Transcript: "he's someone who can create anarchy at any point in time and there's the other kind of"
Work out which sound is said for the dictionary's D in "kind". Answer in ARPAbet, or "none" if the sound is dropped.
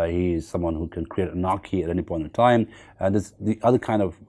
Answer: D